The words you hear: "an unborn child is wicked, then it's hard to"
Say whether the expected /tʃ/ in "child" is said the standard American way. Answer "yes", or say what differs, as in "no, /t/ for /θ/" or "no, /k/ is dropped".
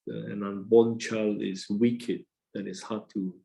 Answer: yes